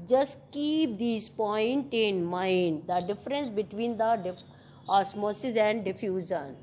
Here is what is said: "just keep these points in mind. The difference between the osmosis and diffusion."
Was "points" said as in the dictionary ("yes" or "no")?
no